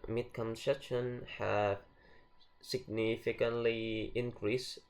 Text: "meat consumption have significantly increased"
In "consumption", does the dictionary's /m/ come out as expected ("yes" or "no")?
no